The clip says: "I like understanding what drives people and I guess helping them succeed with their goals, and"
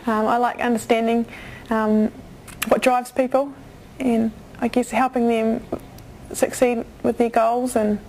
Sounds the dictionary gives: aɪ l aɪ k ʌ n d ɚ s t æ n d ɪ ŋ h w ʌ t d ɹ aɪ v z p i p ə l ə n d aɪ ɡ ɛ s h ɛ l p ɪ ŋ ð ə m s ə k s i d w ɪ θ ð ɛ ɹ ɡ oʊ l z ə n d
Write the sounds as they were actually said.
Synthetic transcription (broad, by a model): aɪ l aɪ k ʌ n d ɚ s t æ n d ɪ ŋ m w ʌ t d ɹ aɪ v z p i p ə l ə n aɪ ɡ ɛ s h ɛ l p ɪ ŋ ð ə m s ə k s i d w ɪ ð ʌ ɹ ɡ oʊ l z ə n